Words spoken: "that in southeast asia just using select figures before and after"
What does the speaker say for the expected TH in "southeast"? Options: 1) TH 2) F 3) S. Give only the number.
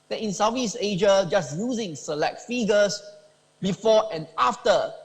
2